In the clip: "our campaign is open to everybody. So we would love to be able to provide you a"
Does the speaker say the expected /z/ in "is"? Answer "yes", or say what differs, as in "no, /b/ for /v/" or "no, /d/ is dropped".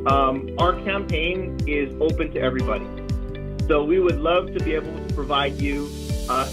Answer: yes